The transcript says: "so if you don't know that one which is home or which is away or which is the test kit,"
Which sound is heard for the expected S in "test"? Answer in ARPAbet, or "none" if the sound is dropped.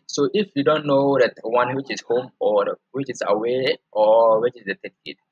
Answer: none